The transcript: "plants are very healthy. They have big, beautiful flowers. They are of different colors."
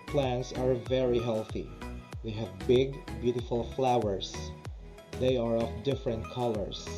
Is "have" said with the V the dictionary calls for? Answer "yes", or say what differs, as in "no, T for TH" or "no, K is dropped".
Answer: yes